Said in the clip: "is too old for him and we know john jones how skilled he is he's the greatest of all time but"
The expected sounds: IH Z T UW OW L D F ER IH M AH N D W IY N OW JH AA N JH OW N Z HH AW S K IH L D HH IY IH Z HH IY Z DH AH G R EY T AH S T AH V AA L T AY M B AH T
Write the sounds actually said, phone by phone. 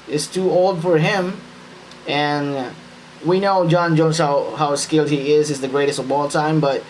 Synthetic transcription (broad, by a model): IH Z T UW OW L D F ER IH M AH N W IY N OW JH AA N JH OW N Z HH AW S K IH L D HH IY IH Z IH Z DH AH G R EY T AH S T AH B AA L T AY M B AH T